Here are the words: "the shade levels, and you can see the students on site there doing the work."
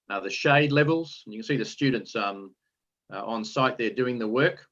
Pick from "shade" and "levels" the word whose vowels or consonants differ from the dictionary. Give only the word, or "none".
none